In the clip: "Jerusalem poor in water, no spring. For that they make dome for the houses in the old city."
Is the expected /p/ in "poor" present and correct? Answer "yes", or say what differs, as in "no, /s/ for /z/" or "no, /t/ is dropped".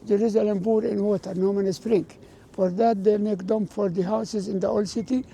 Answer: no, /b/ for /p/